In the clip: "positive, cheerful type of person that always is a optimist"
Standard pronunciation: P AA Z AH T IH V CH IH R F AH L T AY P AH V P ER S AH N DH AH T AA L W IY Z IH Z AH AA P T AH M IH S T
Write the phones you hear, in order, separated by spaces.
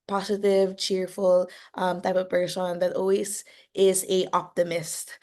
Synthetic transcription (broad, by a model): P AA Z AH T IH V CH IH R F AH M T AY P AH V B ER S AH N DH AH T AA L W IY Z IH Z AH AA P T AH M IH S T